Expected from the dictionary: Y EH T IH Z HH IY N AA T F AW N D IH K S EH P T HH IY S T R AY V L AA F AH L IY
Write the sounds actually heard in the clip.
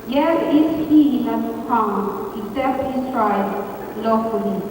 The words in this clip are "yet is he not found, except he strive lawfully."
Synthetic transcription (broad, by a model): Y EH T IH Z HH IY L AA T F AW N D IH K S EH P T HH IY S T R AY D L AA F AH L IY